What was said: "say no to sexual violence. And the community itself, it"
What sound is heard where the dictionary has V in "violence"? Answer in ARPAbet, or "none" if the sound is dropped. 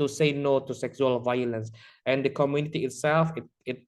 V